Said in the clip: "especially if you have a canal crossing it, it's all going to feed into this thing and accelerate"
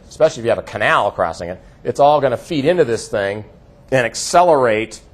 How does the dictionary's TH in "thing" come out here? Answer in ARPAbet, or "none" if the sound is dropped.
TH